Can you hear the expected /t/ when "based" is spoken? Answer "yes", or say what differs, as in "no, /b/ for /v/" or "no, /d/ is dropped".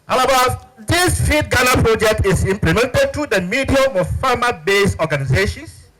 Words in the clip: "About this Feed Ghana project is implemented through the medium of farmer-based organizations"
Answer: no, /t/ is dropped